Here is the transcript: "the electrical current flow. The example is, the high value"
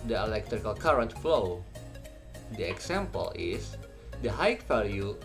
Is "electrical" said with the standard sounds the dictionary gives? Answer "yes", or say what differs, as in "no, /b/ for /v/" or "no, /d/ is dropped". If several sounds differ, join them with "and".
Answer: yes